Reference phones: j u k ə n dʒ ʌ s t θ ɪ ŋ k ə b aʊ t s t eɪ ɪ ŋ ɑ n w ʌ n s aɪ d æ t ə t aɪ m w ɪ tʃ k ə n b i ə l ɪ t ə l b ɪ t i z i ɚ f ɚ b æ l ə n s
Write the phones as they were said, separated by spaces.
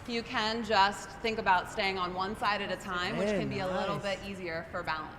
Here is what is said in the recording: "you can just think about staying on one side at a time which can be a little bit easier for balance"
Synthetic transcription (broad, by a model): j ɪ k ə n dʒ ʌ s t θ ɪ ŋ k ə b aʊ t s t eɪ ɪ ŋ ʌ n w ʌ n s aɪ d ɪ t ə t aɪ m w ɪ tʃ k ə n b i ə l ɪ t l b ɪ t i z i ɚ f ɚ b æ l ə n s